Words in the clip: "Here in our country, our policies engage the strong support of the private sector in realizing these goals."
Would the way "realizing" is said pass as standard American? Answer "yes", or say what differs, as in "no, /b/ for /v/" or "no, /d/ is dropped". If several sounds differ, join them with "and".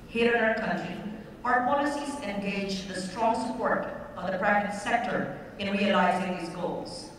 yes